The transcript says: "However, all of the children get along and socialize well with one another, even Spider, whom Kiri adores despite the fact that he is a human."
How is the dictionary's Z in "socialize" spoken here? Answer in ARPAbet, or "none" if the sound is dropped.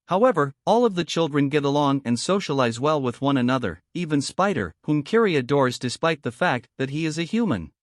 Z